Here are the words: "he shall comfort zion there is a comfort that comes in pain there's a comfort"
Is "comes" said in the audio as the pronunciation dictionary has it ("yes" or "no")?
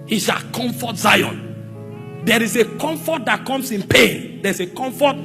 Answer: no